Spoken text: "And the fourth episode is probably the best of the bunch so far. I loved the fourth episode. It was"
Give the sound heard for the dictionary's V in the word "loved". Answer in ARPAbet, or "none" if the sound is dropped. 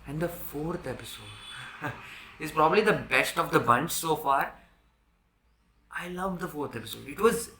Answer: V